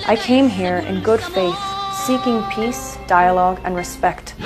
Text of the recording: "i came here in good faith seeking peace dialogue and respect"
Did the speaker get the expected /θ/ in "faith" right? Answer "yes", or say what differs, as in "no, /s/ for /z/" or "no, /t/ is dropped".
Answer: yes